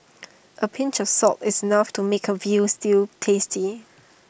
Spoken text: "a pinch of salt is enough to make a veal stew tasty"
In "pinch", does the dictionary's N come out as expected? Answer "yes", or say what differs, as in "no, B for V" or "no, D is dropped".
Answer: yes